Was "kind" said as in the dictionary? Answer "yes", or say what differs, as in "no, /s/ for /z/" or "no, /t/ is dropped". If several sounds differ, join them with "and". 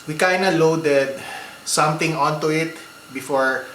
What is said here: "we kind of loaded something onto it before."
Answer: no, /d/ is dropped